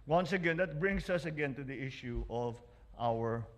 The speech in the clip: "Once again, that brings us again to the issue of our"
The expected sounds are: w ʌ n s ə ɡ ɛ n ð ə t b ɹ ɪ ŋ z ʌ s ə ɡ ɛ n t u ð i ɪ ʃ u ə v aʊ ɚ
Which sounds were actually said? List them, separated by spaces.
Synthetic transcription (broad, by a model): w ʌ n s ə ɡ ɛ n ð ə t b ɹ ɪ ŋ s ʌ s ə ɡ ɛ n t u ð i ɪ ʃ u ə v aʊ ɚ